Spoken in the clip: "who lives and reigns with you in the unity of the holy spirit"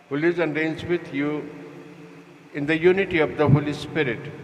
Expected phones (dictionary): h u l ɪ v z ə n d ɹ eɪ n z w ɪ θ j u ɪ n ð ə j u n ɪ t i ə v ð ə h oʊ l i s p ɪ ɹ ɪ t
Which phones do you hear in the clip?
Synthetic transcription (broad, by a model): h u l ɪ z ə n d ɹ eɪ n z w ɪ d j u ɪ n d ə j u n ɪ t i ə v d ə h oʊ l i s p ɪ ɹ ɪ t